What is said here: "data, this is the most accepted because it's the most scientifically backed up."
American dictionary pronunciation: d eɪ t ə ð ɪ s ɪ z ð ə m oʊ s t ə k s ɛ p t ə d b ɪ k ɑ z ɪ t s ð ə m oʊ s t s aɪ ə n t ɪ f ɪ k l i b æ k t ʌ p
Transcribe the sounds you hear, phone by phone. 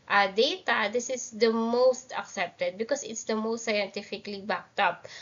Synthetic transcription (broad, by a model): d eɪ t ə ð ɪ s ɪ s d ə m oʊ s t ə k s ɛ p t ə d b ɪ k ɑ s ɪ t s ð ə m oʊ s t s aɪ ə n t ɪ f ɪ k l i b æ k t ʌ p